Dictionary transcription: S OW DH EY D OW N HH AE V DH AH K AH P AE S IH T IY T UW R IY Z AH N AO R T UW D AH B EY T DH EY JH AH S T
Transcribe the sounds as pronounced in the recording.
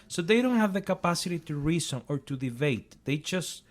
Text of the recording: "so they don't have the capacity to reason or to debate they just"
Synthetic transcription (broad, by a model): S OW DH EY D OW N HH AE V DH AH K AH P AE S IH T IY T UW R IY S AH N AO R T UW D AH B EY T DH EY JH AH S T